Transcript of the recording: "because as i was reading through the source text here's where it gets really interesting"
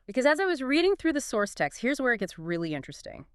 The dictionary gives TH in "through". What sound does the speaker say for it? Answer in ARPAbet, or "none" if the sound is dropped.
TH